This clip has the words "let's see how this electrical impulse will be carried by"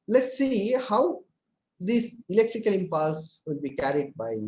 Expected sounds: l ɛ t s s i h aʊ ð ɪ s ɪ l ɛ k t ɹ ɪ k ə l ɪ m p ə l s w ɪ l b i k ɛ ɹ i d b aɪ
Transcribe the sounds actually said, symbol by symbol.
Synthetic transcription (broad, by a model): l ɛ t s s i h aʊ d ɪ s ɪ l ɛ k t ɹ ɪ k ə l ɪ m p ə l s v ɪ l b i k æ ɹ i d b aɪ